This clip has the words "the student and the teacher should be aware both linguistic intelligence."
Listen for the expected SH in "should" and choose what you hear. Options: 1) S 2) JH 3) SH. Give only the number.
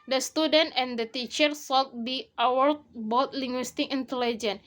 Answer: 1